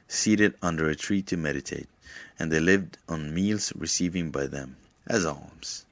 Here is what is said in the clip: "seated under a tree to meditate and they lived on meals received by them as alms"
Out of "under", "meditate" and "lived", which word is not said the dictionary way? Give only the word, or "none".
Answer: none